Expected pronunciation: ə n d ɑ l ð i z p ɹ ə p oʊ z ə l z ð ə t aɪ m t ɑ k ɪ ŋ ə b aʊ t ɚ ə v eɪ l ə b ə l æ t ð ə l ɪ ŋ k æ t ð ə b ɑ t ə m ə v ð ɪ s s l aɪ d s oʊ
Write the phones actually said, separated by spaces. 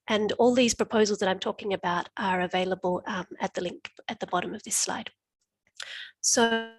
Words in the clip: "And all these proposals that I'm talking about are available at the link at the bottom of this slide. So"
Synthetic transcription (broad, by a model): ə n ɑ l ð i z p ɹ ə p oʊ z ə l z ð ə t aɪ m t ɑ k ɪ ŋ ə b aʊ t ɚ ə v eɪ l ə b ə l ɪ t ð ə l ɪ ŋ k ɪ t ð ə b ɑ t ə m ə v ð ɪ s s l aɪ d s oʊ